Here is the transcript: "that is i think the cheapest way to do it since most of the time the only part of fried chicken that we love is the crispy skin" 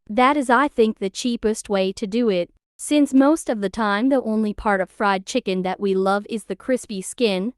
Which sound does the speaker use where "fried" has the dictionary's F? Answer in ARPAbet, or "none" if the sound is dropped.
F